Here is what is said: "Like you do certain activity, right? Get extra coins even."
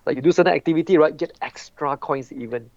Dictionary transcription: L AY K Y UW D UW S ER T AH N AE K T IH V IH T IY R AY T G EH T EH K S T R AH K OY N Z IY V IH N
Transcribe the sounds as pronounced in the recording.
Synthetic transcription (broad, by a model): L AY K Y UW D UW S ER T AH AE K T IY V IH T IY R AY T G EH T EH K S T R AH K OY N S IY V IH N